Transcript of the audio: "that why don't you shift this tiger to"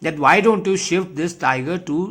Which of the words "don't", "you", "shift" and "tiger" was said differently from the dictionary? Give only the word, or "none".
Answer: none